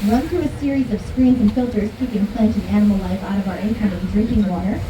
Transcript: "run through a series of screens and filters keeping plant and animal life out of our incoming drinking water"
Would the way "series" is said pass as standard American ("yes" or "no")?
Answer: yes